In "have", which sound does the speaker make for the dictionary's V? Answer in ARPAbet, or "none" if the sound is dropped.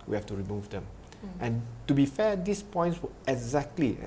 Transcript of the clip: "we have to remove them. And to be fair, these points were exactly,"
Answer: F